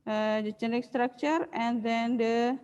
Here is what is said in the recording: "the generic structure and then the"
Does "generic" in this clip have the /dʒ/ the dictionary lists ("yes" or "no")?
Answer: no